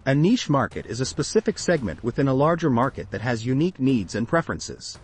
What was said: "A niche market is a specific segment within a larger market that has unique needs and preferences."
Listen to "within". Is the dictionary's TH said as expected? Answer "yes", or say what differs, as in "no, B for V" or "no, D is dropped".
yes